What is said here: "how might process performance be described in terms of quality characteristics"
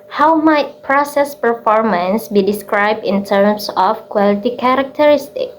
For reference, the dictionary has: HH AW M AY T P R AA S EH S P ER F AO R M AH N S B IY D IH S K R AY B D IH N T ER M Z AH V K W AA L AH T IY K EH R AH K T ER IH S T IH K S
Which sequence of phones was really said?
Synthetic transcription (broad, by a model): HH AW M AY T P R AA S EH S P ER F AO R M AH N S B IY D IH S K R AY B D IH N T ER M S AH F K W AA L AH T IY K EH R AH K T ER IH S T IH K